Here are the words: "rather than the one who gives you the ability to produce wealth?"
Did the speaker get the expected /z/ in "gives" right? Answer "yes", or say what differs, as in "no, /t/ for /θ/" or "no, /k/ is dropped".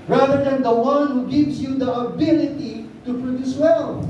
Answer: no, /s/ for /z/